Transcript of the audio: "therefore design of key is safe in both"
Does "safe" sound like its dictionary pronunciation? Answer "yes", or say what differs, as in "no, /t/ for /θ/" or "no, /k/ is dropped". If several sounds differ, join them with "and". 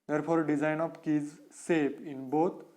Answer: no, /p/ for /f/